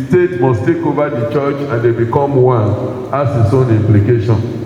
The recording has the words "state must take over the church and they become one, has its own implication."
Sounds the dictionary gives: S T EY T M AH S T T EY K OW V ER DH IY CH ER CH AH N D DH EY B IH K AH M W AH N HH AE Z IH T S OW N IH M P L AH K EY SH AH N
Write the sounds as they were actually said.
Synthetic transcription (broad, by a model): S T EY T M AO S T T EY K OW V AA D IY CH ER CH AH N D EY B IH K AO M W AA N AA S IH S OW N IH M P L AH K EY SH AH N